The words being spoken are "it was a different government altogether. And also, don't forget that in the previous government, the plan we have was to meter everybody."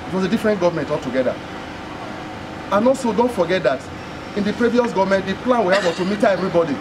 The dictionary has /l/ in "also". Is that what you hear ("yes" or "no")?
no